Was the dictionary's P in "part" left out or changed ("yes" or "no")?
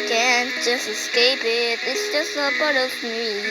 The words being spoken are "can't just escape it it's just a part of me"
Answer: yes